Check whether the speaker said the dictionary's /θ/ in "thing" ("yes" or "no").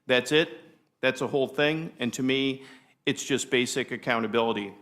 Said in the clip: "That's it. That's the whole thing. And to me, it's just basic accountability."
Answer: yes